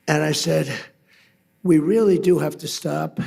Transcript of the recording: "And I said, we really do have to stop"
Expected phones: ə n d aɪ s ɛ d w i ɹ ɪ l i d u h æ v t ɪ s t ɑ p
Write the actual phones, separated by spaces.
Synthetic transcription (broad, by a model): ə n aɪ s ɛ d w i ɹ ɪ l i d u h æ f t ɪ s t ɑ p